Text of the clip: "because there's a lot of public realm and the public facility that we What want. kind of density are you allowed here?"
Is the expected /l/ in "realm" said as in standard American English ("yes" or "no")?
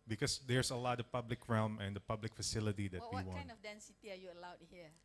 yes